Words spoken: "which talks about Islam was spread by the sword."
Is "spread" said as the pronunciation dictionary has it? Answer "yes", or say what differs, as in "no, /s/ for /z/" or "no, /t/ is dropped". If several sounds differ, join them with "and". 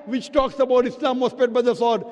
no, /ɹ/ is dropped